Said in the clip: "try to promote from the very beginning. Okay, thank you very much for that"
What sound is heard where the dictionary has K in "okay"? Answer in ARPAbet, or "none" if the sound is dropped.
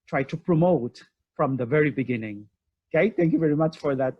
none